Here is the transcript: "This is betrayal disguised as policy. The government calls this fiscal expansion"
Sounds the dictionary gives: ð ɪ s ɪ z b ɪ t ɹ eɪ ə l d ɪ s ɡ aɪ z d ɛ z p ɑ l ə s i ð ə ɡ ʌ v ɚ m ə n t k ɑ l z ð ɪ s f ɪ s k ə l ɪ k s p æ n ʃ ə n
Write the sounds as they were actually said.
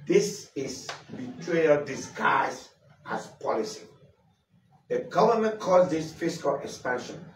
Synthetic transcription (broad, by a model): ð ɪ s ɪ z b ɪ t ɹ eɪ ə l d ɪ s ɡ aɪ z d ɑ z p ɑ l ə s i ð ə ɡ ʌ v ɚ m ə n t k ɑ z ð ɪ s f ɪ s k ə l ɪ k s p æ n ʃ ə n